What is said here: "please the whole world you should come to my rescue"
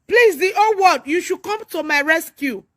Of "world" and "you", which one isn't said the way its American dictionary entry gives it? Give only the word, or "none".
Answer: world